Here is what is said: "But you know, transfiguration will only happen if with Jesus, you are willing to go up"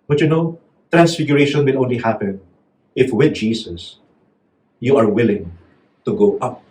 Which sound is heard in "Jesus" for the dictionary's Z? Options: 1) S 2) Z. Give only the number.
1